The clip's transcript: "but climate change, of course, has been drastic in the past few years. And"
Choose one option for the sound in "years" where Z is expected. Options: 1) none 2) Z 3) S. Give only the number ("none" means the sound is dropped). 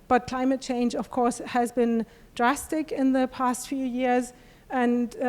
2